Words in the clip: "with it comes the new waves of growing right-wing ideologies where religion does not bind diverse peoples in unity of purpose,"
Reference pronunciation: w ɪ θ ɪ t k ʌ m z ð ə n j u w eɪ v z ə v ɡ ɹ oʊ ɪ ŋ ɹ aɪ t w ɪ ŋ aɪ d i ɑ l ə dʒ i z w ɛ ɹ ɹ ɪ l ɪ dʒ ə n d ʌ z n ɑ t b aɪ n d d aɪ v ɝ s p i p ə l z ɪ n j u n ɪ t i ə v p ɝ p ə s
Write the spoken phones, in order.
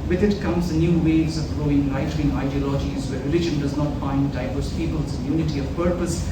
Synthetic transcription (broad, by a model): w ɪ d ɪ t k ʌ m z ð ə n j u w eɪ z ə v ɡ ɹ oʊ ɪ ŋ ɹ aɪ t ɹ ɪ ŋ aɪ d i ɑ l ə dʒ i z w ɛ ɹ ɹ ɪ l ɪ dʒ ə n d ʌ z n ɑ t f aɪ n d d aɪ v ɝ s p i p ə l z ɪ n j u n ɪ t i ə v p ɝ p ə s